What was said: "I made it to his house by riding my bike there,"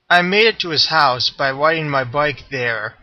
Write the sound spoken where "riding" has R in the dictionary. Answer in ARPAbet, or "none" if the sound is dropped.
W